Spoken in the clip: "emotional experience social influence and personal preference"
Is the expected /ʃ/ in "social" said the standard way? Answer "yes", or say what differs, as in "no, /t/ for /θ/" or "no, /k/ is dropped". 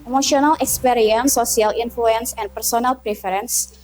no, /ʃ/ is dropped